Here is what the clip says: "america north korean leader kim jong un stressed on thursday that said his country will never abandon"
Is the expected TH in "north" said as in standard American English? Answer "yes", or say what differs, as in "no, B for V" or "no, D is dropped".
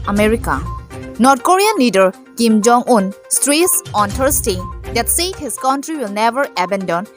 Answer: no, T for TH